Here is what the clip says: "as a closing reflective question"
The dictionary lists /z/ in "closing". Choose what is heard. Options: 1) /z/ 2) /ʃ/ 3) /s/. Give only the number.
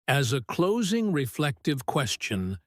1